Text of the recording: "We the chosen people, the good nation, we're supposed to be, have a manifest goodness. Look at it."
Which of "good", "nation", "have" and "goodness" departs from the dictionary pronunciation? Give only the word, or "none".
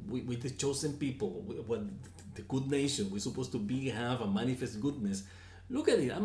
none